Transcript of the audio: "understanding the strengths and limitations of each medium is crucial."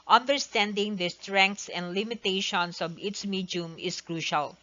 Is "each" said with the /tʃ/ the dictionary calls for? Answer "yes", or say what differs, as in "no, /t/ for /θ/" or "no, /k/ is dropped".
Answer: no, /s/ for /tʃ/